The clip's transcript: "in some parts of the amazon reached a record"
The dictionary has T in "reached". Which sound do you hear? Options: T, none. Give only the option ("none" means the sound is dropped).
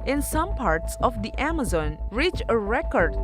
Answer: none